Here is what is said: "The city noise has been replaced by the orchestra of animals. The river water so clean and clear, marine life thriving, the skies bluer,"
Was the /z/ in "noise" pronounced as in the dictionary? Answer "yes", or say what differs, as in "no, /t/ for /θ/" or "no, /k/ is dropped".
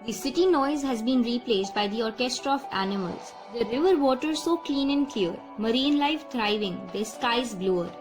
yes